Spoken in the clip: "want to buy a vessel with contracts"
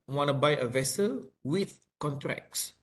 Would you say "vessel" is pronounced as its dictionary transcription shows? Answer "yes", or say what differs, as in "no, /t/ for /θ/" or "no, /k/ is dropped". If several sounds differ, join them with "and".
yes